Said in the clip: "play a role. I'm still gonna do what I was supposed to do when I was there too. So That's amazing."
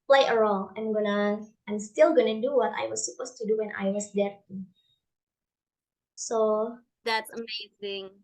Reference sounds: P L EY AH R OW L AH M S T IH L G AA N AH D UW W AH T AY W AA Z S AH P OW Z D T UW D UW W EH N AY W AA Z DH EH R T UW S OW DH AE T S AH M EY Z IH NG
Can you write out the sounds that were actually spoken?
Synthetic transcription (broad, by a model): P L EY AH R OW N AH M S T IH L G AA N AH D UW W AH T AY W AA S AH P OW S T UW D UW W EH N AY W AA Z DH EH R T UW S OW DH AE T S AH M EY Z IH NG